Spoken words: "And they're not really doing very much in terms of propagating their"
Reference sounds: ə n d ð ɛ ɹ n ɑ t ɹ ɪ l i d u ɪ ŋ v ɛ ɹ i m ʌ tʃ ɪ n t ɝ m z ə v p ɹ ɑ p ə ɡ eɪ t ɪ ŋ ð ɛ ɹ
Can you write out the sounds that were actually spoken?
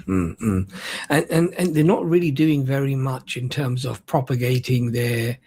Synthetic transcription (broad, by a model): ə n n ð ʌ ɹ n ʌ t ɹ ɪ l i d u ɪ ŋ v ɛ ɹ i m ʌ tʃ ɪ n t ɝ m z ə v p ɹ ɑ p ə ɡ eɪ t ɪ ŋ ð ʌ ɹ